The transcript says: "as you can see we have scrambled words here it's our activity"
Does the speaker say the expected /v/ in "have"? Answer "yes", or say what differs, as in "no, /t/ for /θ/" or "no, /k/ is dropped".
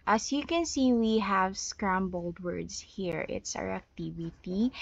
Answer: yes